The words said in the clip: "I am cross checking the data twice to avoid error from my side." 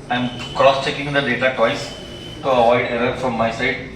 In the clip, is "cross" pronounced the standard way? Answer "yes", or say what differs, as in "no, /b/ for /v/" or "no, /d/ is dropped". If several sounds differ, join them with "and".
yes